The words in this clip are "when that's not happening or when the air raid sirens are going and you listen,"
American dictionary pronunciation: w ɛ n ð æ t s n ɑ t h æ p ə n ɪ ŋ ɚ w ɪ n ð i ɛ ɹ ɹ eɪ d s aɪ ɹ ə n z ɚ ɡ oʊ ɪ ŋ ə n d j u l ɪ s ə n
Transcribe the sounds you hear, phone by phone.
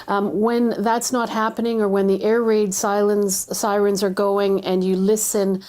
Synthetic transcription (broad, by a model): w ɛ n ð æ t s n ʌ t h æ p ə n ɪ ŋ ɚ w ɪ n ð i ɛ ɹ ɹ eɪ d s aɪ ɹ ə n z ɚ ɡ oʊ ɪ ŋ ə n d j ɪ l ɪ s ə n